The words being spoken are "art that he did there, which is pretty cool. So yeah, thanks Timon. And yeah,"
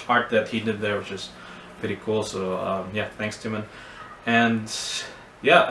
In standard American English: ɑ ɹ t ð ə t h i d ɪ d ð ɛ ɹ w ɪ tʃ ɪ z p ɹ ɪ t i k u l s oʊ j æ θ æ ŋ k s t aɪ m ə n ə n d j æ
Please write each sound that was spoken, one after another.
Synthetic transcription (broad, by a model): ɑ ɹ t ð ə t h i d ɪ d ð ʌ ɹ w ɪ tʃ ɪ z p ɹ ɪ t i k u l s oʊ j æ θ æ ŋ k s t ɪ m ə n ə n j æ